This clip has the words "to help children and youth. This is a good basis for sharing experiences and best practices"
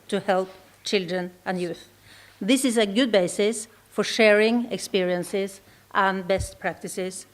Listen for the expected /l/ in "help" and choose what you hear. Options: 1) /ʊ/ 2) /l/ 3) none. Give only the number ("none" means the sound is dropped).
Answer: 2